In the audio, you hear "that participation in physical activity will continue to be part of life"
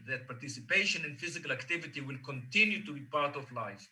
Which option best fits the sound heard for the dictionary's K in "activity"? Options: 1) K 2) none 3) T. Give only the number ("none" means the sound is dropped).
1